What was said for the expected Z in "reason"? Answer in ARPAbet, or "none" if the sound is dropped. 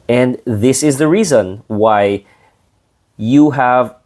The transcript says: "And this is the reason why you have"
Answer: Z